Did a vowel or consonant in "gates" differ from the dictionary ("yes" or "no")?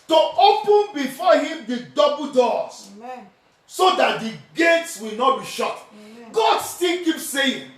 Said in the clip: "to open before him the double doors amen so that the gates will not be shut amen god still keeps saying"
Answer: no